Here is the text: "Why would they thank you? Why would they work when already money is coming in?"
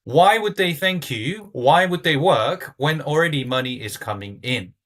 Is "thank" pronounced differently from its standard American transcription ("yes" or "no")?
no